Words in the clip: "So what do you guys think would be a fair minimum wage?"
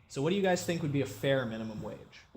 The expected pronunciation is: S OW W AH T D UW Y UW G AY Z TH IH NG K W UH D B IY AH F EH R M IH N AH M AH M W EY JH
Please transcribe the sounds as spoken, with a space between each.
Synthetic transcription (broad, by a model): S OW W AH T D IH Y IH G AY Z TH IH NG K W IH D B IY AH F EH R M IH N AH M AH M W EY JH